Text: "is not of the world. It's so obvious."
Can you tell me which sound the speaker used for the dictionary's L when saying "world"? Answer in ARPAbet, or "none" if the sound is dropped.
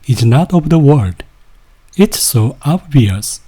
none